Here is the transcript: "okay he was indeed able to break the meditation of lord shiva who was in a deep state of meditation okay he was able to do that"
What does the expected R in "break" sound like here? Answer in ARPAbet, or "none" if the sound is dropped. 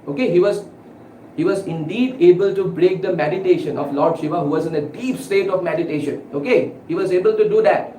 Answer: R